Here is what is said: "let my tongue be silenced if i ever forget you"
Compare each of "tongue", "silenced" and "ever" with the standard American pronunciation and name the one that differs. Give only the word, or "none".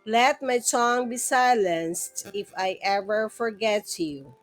tongue